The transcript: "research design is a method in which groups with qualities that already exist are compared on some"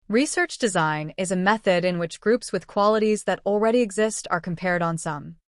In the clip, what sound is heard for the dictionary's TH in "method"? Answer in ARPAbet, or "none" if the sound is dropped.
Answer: TH